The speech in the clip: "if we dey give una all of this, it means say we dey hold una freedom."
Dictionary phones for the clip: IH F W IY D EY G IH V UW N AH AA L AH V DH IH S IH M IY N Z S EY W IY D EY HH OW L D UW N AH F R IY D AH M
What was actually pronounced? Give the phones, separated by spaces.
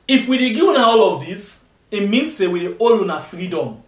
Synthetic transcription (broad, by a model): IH F W IY D EY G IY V UW N AH AA L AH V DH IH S IH M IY N S EY W IY D EY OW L UW N AH F R IY D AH M